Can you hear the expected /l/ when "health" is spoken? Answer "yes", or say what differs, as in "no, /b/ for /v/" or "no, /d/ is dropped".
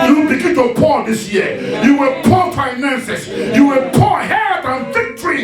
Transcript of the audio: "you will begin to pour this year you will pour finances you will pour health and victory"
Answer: no, /l/ is dropped